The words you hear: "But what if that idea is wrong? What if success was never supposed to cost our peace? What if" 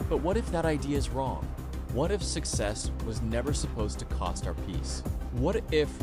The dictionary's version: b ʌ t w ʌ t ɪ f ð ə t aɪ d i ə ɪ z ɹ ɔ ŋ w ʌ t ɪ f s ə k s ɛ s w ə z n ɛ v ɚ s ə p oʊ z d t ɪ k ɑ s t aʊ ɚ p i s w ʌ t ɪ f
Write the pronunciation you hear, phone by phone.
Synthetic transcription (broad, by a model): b ʌ t w ʌ t ɪ f ð ə t aɪ d i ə ɪ z ɹ ɔ ŋ w ʌ t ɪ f s ə k s ɛ s w ə z n ɛ v ɚ s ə p oʊ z t ɪ k ɑ s t aʊ ɚ p i s w ʌ t ɪ f